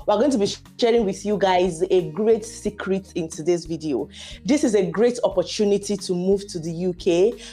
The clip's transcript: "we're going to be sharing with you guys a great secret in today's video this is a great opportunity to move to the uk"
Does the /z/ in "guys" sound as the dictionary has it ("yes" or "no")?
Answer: yes